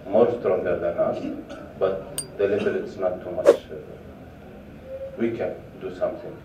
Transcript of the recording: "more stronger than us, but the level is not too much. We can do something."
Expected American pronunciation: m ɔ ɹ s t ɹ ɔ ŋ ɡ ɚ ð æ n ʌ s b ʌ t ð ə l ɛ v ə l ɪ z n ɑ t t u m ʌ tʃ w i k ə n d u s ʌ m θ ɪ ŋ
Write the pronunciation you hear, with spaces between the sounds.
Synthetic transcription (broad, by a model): m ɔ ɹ s t ɹ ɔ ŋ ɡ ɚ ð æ n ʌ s b ʌ t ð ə l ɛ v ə l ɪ s n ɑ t t u m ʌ tʃ w i k ə n d u s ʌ m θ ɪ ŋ